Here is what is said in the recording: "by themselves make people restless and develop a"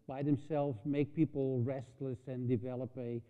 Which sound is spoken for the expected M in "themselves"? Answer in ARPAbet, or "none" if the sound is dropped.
M